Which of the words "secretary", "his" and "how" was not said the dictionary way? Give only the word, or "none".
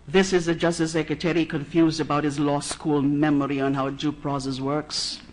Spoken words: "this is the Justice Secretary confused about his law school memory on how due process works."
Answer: none